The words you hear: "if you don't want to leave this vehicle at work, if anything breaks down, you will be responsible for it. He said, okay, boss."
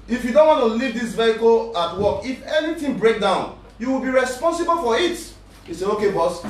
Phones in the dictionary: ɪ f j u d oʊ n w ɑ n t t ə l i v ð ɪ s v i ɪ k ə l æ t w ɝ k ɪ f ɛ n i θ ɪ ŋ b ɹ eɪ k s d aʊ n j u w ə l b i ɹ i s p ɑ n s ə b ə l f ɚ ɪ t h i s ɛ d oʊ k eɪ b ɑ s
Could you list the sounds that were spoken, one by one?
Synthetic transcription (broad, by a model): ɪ f j u d oʊ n w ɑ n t t ə l i v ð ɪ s v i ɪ k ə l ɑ t w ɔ k ɪ f ɛ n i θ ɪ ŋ b ɹ eɪ k d aʊ n j u w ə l b i ɹ i s p ɑ n s ə b ə l f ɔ ɪ t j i s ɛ oʊ k eɪ b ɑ s